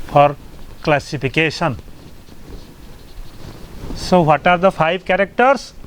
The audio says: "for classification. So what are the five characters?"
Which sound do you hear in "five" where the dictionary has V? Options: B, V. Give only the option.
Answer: B